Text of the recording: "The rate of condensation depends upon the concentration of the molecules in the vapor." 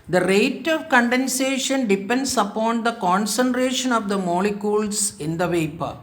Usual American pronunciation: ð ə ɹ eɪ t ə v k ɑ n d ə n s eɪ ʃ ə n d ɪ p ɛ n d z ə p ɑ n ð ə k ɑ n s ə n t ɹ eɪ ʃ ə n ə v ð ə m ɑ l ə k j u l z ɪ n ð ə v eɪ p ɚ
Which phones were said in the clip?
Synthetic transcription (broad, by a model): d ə ɹ eɪ t ə v k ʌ n d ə n s eɪ ʃ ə n d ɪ p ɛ n d s ə p ɑ n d ə k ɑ n s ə n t ɹ eɪ ʃ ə n ə v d ə m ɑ l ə k j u l s ɪ n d ə v eɪ p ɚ